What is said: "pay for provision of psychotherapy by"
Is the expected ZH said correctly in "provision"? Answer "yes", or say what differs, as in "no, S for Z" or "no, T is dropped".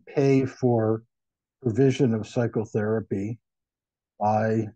yes